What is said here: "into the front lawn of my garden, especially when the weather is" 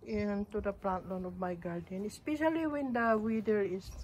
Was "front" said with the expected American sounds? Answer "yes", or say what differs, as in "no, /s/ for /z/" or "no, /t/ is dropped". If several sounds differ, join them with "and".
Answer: no, /p/ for /f/